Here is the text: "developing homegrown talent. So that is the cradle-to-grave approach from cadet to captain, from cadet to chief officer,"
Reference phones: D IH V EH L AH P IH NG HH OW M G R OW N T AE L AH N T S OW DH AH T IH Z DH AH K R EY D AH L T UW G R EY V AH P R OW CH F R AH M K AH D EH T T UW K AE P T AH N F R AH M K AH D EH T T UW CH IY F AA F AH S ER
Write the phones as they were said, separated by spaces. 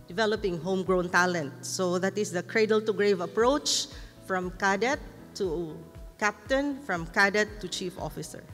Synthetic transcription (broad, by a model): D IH V EH L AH P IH NG HH OW M G R OW N T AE L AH N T S OW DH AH T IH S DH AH K R EY D AH L T UW G R EY V AH P R OW CH F R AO M K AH D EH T T UW K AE P T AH N F R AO M K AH D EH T T UW CH IY F AA F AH S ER